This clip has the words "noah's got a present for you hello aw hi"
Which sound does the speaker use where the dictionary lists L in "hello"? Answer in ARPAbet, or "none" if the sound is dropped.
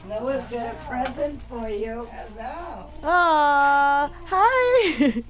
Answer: none